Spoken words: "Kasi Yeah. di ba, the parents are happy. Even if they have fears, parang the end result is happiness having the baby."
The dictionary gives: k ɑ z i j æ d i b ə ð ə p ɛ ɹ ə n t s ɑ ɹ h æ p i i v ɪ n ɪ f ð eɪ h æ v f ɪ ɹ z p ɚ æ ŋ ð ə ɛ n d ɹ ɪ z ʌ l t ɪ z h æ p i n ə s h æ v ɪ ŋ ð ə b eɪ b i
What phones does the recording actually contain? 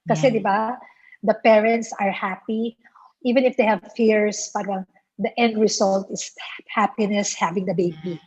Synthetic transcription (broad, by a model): k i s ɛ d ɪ b ə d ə p ɛ ɹ ə n t s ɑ ɹ h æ p i i v ɪ n ɪ f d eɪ h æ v f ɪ ɹ s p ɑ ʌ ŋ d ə ɛ n d ɹ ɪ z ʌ l t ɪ s h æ p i n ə s h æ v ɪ ŋ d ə b eɪ b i